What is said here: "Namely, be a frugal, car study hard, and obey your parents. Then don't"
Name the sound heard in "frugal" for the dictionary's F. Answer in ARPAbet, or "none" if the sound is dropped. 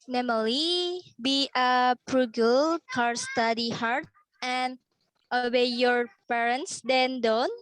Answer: P